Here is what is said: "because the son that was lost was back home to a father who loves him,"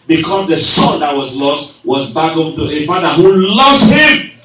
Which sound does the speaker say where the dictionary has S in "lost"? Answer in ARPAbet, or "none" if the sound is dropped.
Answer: S